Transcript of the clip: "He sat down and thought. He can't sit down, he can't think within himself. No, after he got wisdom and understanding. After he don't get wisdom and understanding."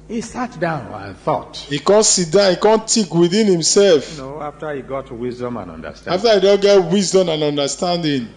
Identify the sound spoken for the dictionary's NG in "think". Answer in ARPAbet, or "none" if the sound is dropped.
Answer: none